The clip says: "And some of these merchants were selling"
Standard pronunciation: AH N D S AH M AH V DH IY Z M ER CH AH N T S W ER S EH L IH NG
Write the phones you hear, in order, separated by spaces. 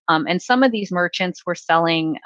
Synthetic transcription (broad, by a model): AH N S AH M AH V DH IY Z M ER CH AH N T S W ER S EH L IH NG